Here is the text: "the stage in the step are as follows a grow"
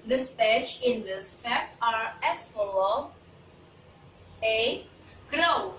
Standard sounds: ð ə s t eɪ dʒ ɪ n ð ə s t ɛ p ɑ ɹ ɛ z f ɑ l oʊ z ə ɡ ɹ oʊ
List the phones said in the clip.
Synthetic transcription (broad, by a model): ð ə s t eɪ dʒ ɪ n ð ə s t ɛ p ɑ ɹ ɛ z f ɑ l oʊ ə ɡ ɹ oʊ